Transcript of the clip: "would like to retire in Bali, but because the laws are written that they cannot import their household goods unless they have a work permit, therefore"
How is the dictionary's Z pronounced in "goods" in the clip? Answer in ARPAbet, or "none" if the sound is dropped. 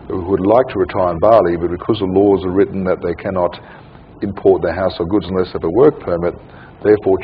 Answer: Z